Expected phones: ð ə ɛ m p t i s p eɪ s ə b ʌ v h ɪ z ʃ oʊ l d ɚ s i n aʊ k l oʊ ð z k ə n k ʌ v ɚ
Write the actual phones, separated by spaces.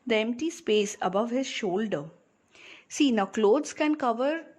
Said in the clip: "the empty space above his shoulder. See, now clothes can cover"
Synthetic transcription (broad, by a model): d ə ɛ m p t i s p eɪ s ə b ʌ v h ɪ z ʃ oʊ l d ɚ s i n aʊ k l oʊ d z k ə n k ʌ v ɚ